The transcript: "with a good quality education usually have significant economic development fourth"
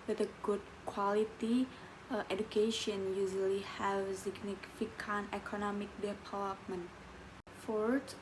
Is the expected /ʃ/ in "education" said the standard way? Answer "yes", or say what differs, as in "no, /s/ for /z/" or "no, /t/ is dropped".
yes